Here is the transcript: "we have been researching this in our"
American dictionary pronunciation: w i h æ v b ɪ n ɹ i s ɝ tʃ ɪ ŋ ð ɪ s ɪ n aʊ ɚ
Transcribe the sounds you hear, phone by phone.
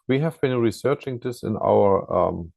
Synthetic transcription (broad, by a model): w i h æ v b ɪ n ɹ i s ɝ tʃ ɪ ŋ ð ɪ s ɪ n aʊ ɚ